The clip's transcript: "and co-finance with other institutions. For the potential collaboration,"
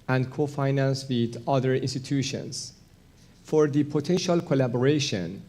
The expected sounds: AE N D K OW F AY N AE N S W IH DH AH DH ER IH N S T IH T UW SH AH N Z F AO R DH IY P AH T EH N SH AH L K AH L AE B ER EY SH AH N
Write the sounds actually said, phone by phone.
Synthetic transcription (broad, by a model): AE N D K OW F AY N AE N S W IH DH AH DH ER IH N S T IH T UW SH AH N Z F AO R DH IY P AH T EH N SH AH L K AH L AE B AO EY SH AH N